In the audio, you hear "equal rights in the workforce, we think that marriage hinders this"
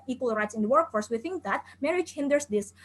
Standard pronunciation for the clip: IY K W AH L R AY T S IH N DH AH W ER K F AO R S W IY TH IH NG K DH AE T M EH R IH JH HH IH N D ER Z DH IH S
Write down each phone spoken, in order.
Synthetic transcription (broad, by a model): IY K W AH L R AY T S IH N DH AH W ER K F AO R S W IY TH IH NG K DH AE T M EH R IH JH HH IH N D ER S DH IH S